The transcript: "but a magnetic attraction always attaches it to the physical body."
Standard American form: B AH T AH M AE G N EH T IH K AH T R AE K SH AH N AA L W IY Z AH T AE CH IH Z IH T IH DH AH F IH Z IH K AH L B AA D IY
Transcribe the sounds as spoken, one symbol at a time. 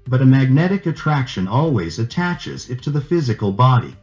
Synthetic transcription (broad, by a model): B AH T AH M AE G N EH T IH K AH T R AE K SH AH N AA L W IY Z AH T AE CH IH Z IH T IH DH AH F IH Z IH K AH L B AA D IY